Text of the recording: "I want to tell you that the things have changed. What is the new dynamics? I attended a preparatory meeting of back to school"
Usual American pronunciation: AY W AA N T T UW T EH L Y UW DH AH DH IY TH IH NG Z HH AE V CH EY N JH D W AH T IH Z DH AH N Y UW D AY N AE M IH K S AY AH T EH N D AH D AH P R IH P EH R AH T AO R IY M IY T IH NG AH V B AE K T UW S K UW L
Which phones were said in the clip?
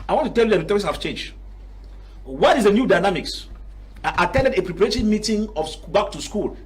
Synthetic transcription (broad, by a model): AY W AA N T T UW T EH L Y UW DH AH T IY T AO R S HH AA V CH EY N JH D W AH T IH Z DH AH N Y UW D AY N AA M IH K S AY AH T EH N D AH D AH P R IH P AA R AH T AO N M IY T IH NG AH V B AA K T UW S K UW L